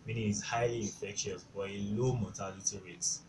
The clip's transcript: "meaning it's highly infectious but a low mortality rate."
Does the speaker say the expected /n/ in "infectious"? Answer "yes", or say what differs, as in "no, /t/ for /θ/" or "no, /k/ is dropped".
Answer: no, /n/ is dropped